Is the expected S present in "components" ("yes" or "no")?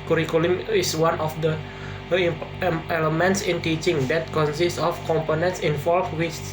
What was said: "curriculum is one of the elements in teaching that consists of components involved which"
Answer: yes